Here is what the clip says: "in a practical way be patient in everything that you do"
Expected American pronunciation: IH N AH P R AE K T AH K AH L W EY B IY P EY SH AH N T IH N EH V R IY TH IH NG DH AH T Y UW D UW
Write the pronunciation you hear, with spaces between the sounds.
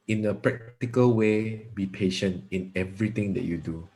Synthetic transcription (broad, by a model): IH N AH P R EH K T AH K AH L W EY B IY P EY SH AH N T IH N EH V R IY T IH NG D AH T Y UW D UW